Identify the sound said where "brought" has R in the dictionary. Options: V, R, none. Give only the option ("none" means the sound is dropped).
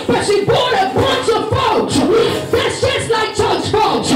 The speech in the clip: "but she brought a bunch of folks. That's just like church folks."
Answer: none